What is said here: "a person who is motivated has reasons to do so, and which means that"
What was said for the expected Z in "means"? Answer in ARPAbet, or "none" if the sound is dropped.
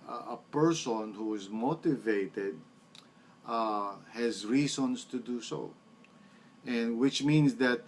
S